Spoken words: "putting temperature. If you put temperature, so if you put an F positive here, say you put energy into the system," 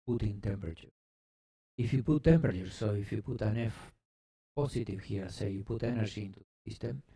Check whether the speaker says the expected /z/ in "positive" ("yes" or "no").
no